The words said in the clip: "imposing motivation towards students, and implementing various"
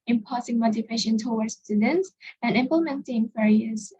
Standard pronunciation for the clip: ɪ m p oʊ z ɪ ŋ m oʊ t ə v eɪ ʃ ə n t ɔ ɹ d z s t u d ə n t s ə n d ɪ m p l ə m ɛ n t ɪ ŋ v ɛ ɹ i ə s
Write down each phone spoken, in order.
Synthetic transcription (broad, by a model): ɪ m p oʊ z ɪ ŋ m oʊ t ə v eɪ ʃ ə n t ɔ w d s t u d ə n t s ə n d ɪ m p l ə m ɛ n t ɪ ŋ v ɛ ɹ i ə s